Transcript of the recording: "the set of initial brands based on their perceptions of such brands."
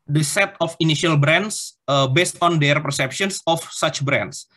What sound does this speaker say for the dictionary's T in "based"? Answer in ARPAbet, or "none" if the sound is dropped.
T